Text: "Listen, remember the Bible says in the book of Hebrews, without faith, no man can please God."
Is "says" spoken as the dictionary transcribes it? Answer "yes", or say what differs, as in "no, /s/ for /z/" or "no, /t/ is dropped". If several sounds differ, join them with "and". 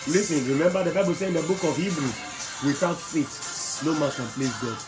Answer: no, /z/ is dropped